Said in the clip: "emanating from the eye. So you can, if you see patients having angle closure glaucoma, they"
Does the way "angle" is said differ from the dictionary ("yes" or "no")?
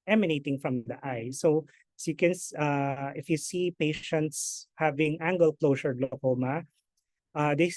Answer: no